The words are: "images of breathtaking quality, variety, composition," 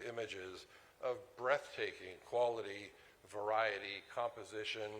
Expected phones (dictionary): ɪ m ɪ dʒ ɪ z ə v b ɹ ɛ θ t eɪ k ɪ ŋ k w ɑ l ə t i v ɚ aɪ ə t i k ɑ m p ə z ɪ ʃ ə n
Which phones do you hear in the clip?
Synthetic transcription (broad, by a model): ɪ m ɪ dʒ ɪ z ə v b ɹ ɛ θ t eɪ k ɪ ŋ k w ɑ l ə t i v ɚ aɪ ə t i k ɑ m p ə z ɪ ʃ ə n